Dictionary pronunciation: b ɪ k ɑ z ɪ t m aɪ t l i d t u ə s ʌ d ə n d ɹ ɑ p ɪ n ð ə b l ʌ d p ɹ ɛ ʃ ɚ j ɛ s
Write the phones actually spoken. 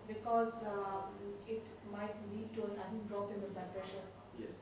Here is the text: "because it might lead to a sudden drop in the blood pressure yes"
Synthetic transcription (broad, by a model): b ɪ k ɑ z ɪ t m aɪ t l i d t u ə s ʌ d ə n d ɹ ɑ p ɪ n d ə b ʌ p ɹ ɛ ʃ ɚ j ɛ s